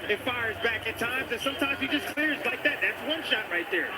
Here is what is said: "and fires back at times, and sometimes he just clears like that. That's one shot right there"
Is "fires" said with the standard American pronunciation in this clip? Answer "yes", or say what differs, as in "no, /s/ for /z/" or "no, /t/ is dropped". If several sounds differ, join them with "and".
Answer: yes